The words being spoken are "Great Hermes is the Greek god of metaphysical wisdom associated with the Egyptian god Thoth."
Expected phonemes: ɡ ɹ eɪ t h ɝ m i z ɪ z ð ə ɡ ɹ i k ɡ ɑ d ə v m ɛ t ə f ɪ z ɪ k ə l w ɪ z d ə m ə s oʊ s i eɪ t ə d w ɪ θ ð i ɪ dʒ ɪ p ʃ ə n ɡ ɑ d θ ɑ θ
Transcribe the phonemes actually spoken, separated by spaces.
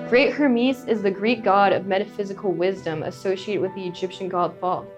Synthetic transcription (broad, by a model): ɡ ɹ eɪ t h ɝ m i s ɪ z ð ə ɡ ɹ i k ɡ ɑ d ə v m ɛ t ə f ɪ z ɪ k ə l w ɪ z d ə m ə s oʊ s i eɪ t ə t w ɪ ð i ɪ dʒ ɪ p ʃ ə n ɡ ɑ d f ɑ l